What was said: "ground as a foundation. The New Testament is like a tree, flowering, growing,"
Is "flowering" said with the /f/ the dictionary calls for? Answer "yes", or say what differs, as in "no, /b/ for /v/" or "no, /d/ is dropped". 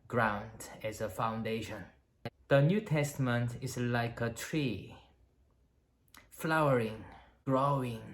yes